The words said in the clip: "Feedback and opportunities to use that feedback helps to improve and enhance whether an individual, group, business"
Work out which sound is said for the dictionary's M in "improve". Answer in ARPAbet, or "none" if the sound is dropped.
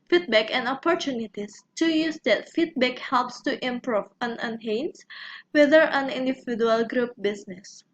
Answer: M